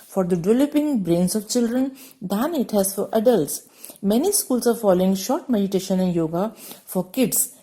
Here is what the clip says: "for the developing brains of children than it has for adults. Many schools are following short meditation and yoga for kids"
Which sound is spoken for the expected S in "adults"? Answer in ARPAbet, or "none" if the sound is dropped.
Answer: S